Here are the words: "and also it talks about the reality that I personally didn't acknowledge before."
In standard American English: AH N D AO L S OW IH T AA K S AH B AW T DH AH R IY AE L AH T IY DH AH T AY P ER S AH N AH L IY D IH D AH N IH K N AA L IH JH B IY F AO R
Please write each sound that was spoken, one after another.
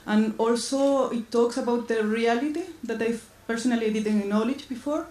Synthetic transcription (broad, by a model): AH N AO L S OW IH T AA K S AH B AW T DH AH R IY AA L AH T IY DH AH T AY P ER S AH N AH L IY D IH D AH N N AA L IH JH B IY F AO R